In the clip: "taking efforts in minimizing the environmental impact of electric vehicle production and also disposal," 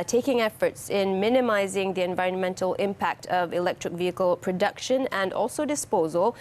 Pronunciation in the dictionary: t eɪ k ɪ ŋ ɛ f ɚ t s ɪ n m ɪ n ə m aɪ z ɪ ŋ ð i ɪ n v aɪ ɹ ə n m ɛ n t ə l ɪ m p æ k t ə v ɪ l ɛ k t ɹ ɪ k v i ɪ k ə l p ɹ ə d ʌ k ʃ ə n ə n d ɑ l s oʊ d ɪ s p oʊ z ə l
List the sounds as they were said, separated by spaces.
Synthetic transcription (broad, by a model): t eɪ k ɪ ŋ ɛ f ɚ t s ɪ n m ɪ n ə m aɪ z ɪ ŋ ð i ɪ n v aɪ ɹ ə n m ɛ n t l ɪ m p æ k t ə v ɪ l ɛ k t ɹ ɪ k v i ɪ k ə l p ɹ ə d ʌ k ʃ ə n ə n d ɑ l s oʊ d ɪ s p oʊ z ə l